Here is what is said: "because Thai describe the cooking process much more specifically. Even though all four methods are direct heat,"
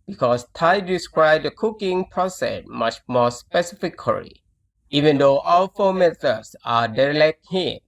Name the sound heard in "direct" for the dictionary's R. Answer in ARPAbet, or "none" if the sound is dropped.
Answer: L